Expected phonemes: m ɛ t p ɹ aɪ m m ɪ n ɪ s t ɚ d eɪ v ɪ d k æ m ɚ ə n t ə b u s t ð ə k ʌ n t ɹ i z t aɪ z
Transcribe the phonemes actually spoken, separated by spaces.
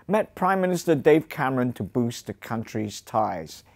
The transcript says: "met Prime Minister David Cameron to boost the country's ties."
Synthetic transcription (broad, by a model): m ɛ t p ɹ aɪ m m ɪ n ɪ s t ɚ d eɪ ɪ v k æ m ɚ ə n t ə b u s t ð ə k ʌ n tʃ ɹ i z t aɪ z